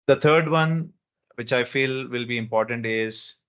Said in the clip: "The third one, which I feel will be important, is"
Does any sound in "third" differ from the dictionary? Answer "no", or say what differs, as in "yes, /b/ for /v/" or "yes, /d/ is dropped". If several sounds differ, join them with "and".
yes, /t/ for /θ/